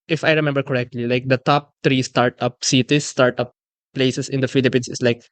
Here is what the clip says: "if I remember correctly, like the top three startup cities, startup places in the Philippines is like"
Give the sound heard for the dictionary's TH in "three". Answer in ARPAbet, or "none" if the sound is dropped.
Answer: T